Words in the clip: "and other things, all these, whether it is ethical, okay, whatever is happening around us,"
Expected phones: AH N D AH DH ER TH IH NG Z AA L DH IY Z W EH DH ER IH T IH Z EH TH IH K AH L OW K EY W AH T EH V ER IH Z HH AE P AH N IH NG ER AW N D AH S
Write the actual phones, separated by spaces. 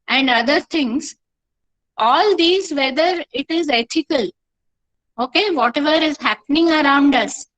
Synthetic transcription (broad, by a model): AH N D AH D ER T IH NG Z AA L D IY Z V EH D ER IH T IH Z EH T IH K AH L OW K EY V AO T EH V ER IH Z HH AE P AH N IH NG ER AW N D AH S